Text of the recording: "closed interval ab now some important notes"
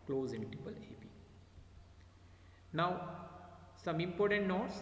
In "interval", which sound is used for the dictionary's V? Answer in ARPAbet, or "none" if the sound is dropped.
P